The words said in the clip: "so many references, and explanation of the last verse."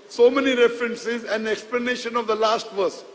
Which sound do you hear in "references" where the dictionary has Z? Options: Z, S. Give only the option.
Z